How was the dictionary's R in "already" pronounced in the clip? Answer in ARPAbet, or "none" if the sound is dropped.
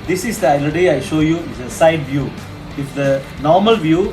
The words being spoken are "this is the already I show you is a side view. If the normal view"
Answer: none